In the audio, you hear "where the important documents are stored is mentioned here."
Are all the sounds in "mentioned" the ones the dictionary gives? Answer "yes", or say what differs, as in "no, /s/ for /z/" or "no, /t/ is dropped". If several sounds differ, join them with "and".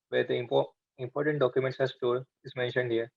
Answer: yes